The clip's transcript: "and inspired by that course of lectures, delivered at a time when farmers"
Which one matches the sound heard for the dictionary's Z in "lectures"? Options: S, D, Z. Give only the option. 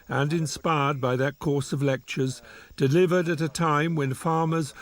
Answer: Z